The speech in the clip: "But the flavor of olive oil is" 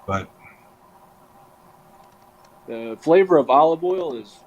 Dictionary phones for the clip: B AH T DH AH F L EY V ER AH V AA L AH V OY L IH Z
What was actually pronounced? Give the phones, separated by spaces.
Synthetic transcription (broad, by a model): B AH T DH AH F L EY V ER AH V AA L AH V OY L IH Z